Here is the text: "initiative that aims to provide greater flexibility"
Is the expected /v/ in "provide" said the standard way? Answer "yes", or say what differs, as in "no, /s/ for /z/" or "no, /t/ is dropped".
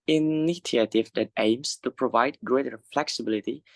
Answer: yes